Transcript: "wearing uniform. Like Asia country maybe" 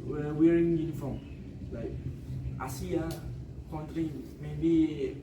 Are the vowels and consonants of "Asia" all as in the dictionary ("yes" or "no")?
no